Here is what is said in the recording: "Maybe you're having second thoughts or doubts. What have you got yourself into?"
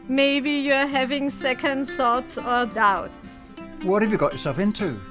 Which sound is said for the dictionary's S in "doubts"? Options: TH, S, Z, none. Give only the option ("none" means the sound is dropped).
S